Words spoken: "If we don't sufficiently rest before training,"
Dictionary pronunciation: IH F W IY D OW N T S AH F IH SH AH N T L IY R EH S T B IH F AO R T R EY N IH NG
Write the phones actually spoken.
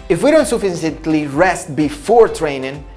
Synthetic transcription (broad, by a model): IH F W IY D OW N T S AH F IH S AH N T L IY R EH S T B IH F AO R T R EY N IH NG